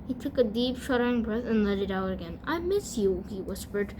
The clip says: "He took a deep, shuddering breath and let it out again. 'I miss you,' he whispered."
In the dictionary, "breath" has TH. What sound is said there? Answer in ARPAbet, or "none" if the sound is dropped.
TH